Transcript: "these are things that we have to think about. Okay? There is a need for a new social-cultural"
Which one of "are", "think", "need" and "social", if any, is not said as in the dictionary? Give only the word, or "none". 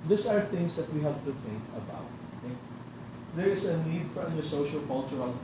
none